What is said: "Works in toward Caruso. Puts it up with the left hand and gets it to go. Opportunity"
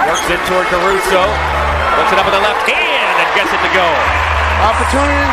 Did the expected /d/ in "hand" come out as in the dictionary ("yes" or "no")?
no